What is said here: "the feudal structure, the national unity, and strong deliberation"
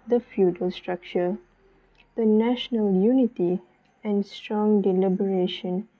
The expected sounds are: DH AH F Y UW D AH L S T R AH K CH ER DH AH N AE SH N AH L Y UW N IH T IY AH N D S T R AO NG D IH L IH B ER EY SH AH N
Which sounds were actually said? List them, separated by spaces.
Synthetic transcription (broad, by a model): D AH F Y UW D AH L S T R AH K CH ER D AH N AE SH N AH L Y UW N IH T IY AH N D S T R AO NG D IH L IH B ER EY SH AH N